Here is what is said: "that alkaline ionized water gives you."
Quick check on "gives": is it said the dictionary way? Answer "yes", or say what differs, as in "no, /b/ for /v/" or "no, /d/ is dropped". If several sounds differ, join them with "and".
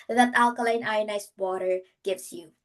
no, /s/ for /z/